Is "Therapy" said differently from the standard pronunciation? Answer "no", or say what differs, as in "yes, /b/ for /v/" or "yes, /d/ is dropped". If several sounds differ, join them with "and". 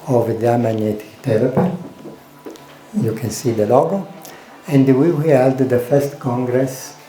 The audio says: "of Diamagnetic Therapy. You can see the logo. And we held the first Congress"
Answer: yes, /t/ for /θ/